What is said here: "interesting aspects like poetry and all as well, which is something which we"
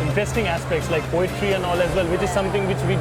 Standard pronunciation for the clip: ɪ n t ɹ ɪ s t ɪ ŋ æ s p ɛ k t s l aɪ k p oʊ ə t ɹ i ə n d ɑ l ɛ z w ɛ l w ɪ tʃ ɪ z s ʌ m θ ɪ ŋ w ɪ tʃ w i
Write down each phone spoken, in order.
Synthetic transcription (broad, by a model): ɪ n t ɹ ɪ s t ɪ ŋ æ s p ɛ k t s l aɪ k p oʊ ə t ɹ i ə n ɑ l ɛ z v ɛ l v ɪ tʃ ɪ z s ʌ m t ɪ ŋ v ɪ tʃ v i